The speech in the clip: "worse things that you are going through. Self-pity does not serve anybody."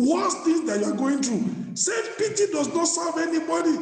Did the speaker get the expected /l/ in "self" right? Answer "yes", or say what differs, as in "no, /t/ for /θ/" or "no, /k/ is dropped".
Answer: no, /l/ is dropped